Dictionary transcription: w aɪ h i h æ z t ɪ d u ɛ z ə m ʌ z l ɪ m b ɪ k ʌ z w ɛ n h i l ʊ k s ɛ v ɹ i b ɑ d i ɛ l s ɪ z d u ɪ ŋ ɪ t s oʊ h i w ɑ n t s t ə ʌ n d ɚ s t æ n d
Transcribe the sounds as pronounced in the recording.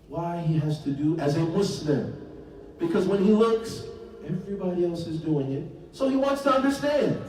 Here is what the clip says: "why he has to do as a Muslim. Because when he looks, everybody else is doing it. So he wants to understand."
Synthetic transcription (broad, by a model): w aɪ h i h æ z t ɪ d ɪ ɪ z ə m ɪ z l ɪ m b ɪ k ʌ z w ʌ n i l ʊ k s ɛ v ɹ i b ɑ d i ɛ l s ɪ z d u ɪ ŋ ɪ t s oʊ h i w ɑ n t s t ə ʌ n d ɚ s t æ n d